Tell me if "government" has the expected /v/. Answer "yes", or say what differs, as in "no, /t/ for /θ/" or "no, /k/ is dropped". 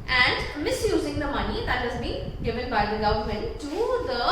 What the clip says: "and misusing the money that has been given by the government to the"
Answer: no, /v/ is dropped